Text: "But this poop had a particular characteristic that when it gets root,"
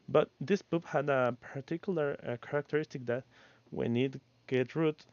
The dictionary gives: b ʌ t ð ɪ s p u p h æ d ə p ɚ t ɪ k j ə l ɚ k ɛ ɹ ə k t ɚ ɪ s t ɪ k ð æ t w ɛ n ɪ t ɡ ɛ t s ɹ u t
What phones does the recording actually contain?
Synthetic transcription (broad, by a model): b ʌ t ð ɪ s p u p h æ d ə p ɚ t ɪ k j l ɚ k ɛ ɹ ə k t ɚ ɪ s t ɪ k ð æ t w ɛ n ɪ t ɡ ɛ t ɹ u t